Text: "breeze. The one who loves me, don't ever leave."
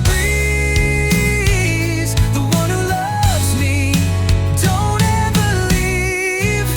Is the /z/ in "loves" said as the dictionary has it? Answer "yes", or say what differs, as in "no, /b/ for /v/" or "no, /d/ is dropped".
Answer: yes